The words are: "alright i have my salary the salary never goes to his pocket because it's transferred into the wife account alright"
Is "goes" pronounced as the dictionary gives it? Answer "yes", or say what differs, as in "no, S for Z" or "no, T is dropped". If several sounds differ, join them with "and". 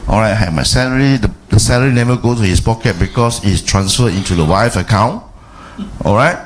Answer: no, Z is dropped